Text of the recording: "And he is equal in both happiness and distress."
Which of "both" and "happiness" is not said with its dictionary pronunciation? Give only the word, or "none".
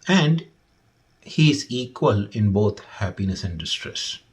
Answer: both